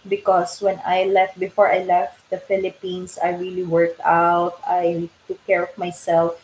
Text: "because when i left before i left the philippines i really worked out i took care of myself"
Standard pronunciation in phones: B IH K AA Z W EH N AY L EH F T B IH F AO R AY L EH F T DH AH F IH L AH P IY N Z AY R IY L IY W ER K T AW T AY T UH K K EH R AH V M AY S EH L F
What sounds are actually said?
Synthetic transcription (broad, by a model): B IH K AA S W EH N AY L EH F T B IH F AO R AY L EH F T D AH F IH L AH P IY N S AY R IY L IY W ER K T AW T AY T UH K K EH R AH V M AY S EH L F